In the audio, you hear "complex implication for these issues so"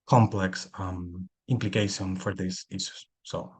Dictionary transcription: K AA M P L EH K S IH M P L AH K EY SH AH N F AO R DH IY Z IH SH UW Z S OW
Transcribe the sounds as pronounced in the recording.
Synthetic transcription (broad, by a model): K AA M P L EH K S IH M P L AH K EY SH AH N F AO R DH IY S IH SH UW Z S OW